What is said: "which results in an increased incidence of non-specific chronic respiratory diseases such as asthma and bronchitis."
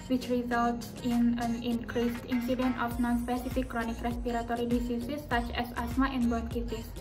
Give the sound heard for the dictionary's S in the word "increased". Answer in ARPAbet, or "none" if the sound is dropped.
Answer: S